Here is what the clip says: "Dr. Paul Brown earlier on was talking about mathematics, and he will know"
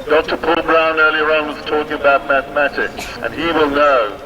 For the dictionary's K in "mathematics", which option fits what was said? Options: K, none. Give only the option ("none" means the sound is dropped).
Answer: K